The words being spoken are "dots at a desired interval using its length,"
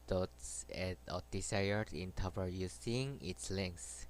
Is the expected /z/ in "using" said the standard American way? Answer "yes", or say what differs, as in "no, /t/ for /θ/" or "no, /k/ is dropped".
no, /s/ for /z/